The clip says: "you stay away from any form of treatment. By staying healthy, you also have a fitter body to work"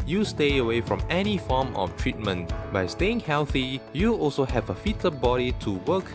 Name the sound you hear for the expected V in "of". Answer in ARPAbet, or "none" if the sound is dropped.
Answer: F